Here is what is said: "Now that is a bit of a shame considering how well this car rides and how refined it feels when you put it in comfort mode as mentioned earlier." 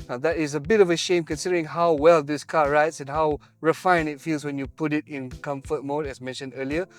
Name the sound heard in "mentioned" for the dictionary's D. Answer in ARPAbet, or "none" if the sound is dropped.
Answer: D